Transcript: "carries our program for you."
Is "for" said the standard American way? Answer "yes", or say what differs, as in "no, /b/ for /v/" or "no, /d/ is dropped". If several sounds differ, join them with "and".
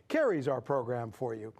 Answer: yes